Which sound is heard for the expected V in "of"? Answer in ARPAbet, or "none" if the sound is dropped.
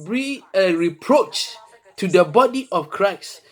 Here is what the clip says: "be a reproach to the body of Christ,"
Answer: F